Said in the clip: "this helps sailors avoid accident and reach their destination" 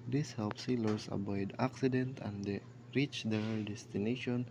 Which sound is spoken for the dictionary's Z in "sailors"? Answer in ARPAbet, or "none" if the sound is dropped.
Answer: S